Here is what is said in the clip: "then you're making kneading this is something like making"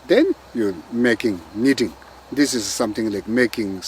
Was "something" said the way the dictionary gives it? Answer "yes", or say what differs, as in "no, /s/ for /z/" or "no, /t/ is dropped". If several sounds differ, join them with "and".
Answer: no, /t/ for /θ/